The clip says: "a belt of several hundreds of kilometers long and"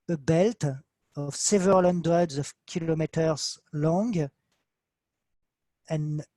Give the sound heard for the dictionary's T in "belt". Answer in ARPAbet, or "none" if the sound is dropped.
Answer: T